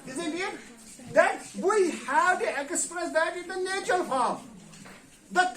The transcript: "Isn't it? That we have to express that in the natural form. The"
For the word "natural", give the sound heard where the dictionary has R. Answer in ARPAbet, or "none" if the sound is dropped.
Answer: none